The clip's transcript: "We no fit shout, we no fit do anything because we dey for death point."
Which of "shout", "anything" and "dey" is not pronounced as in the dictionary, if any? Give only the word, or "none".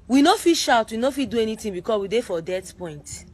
anything